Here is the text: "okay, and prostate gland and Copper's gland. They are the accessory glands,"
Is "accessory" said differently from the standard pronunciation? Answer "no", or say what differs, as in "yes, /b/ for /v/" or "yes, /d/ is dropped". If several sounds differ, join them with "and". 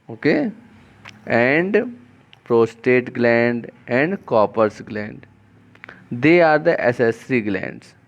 yes, /k/ is dropped